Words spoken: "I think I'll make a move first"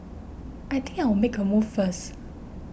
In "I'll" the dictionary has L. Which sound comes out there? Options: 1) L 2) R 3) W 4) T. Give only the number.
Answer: 3